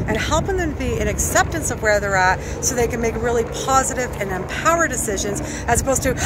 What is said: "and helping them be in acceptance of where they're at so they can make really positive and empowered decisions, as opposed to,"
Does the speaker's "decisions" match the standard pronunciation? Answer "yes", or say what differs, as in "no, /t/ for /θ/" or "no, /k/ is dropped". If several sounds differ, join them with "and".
yes